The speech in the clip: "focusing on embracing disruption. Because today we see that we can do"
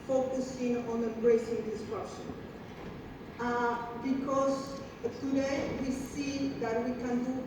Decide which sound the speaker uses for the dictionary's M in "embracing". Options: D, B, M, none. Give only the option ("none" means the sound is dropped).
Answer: none